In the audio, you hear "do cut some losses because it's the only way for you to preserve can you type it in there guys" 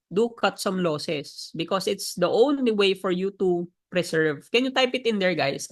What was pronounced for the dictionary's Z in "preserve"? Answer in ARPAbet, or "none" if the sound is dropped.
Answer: S